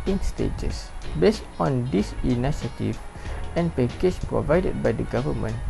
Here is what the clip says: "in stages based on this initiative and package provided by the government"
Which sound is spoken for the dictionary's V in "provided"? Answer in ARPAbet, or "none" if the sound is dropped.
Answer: V